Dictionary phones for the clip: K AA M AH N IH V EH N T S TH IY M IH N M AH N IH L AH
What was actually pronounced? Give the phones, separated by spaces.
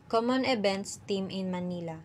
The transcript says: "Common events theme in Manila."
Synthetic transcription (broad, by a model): K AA M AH N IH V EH N T S T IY M IH N M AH N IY L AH